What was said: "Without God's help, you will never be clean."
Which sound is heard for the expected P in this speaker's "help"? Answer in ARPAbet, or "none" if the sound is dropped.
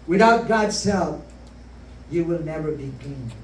F